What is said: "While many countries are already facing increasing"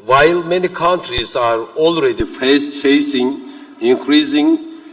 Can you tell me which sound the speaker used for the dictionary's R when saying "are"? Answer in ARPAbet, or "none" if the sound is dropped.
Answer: R